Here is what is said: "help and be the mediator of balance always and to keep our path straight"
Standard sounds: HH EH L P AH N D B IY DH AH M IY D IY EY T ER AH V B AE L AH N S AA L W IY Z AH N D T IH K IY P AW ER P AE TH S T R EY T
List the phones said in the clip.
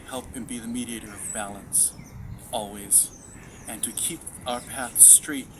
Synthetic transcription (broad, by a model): HH EH L P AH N B IY DH AH M IY D IY EY T ER AH V B AE L AH N S AA L W IY Z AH N T IH K IY P AW ER P AE TH S T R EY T